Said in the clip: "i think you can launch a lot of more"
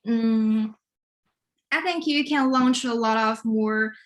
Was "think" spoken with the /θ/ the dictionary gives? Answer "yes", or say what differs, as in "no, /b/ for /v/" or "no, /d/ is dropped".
yes